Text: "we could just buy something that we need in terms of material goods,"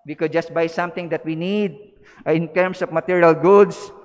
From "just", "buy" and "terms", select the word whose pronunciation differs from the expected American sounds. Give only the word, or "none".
terms